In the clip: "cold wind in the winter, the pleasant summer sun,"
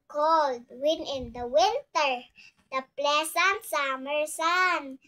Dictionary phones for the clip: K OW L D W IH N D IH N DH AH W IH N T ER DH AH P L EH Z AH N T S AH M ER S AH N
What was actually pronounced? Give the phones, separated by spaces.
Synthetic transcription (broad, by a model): K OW L D W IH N IH N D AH W IH N T ER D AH P L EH S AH N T S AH M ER S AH N